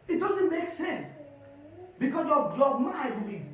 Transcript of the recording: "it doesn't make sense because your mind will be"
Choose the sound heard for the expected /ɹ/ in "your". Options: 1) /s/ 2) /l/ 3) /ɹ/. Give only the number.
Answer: 2